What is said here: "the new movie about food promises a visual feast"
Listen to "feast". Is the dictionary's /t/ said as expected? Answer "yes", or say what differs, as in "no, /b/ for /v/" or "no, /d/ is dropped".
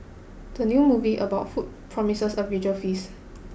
no, /t/ is dropped